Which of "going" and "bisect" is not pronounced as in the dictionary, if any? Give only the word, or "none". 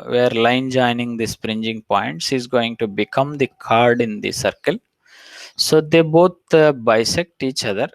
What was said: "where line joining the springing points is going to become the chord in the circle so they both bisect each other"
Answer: none